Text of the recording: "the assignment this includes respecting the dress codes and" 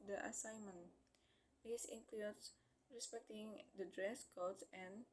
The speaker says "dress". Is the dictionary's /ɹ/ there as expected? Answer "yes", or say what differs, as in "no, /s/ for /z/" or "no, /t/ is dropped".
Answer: yes